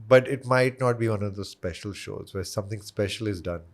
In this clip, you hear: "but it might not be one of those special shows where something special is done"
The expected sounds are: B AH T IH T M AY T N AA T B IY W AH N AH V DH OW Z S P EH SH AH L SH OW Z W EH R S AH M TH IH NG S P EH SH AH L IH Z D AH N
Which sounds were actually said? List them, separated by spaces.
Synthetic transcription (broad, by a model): B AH T IH T M AY T N AA T B IY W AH N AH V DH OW S P EH SH AH L SH OW Z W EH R S AH M T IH NG S P EH SH AH L IH Z D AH N